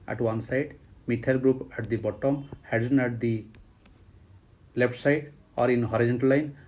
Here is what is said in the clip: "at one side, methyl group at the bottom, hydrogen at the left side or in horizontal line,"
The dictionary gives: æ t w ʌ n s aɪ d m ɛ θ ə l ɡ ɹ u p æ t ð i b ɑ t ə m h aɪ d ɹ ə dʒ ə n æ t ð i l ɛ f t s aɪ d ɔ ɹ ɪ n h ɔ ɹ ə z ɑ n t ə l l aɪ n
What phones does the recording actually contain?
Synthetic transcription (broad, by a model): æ t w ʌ n s aɪ d m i t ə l ɡ ɹ u p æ t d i b ɑ t ə m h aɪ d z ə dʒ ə n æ t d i l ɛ p t s aɪ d ɔ ɹ ɪ n h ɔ ɹ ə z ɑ n t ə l l aɪ n